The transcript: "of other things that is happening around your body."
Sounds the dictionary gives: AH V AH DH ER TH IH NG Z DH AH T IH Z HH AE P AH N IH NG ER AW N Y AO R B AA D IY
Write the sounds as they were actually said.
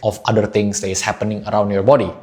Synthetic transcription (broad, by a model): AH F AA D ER T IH NG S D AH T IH S HH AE P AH N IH NG ER AW N Y AO R B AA D IY